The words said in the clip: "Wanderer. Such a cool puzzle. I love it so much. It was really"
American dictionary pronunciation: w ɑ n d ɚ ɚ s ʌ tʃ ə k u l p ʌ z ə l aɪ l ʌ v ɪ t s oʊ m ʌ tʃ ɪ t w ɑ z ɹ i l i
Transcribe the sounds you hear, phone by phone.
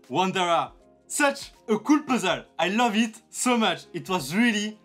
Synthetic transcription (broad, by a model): w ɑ n d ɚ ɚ s ʌ tʃ ə k u l p ʌ z ə l aɪ l ʌ v ɪ t s oʊ m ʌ tʃ ɪ t w ɑ z ɹ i l i